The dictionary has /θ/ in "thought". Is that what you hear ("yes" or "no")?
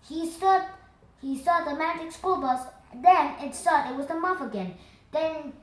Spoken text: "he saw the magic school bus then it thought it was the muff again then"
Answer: no